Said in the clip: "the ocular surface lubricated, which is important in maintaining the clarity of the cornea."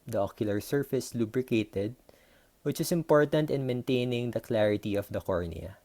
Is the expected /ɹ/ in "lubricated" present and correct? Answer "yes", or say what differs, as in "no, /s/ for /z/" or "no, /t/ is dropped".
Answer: yes